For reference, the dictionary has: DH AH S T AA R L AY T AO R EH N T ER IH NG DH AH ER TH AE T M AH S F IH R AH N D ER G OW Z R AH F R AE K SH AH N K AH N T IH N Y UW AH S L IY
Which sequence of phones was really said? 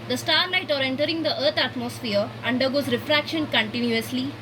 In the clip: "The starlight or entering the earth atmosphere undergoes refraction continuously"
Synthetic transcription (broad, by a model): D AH S T AA R L AY T AO R EH N T ER IH NG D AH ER T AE T M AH S F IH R AH N D ER G OW Z R AH F R AE K SH AH N K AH N T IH N Y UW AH S L IY